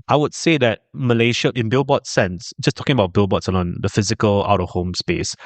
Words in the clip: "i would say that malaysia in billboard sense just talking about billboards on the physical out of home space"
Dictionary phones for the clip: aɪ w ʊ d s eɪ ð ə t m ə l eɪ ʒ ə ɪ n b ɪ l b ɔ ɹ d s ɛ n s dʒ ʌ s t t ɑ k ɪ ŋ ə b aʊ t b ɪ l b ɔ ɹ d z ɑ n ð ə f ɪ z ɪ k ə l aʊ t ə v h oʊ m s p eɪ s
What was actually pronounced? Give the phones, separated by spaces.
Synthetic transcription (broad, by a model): aɪ w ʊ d s eɪ ð ə t m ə l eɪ ʃ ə ɪ n b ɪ l b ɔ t s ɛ n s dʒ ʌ s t t ɑ k ɪ ŋ ə b aʊ t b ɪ l b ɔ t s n ɑ n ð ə f ɪ z ɪ k ə l aʊ t ə v h oʊ m s p eɪ s